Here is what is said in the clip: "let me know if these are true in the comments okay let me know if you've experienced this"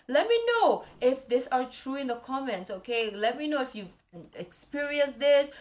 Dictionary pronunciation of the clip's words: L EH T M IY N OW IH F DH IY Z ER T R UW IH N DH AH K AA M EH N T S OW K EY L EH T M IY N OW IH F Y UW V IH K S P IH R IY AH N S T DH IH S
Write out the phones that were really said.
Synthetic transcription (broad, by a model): L EH T M IY N OW IH F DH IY S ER T R UW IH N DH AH K AA M EH N T S OW K EY L EH T M IY N OW IH F Y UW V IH K S P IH R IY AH N S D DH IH S